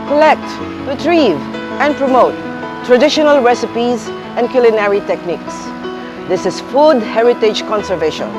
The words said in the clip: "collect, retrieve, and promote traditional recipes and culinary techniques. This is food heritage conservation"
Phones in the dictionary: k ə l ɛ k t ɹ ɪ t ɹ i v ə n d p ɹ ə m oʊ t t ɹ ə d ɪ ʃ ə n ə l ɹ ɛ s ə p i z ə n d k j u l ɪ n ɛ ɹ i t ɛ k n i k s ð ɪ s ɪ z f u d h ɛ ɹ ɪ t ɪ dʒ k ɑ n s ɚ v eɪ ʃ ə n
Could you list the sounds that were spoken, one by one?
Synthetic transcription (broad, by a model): k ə l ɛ k t ɹ ɪ t ɹ i v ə n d p ɹ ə m oʊ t t ɹ ə d ɪ ʃ ə n ə l ɹ ɛ s ə p i z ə n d k j u l ɪ n ɛ ɹ i t ɛ k n i k s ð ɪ s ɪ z f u d h ɛ ɹ ɪ t ɪ dʒ k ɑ n s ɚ v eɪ ʃ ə n